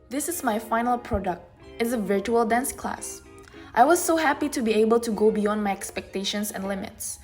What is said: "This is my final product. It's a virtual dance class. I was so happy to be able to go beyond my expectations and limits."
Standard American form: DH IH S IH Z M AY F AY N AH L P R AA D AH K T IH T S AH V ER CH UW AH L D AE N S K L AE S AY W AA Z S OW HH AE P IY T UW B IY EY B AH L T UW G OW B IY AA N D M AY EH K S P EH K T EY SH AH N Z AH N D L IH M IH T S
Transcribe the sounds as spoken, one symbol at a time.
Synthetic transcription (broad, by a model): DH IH S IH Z M AY F AY N AH L P R AA D AH K T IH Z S AH V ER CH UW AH L D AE N S K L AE S AY W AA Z S OW HH AE P IY T UW B IY EY B AH L T UW G OW B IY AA N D M AY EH K S P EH K T EY SH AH N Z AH N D L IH M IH T S